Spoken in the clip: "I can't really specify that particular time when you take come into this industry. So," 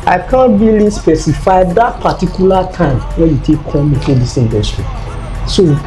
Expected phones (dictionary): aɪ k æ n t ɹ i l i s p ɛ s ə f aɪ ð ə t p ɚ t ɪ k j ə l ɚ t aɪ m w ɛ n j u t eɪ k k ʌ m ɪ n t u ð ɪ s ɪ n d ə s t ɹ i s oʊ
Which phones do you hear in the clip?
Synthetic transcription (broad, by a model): aɪ k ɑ n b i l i s p ɛ s ə f aɪ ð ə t p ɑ t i k j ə l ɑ t aɪ m w ɛ n j u t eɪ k k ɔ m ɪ t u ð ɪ s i n d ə s t ɹ i s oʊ